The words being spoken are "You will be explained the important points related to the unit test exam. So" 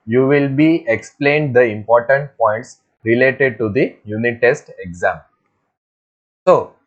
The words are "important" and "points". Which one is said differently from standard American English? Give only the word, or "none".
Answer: none